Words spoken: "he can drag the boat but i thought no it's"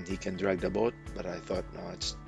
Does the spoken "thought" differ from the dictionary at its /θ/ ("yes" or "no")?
no